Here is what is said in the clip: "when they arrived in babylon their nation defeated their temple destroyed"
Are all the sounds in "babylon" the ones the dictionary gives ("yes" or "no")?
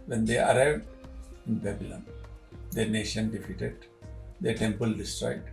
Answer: yes